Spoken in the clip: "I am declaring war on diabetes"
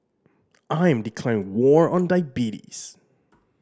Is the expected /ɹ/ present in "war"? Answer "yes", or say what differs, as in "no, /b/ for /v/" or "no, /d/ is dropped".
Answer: yes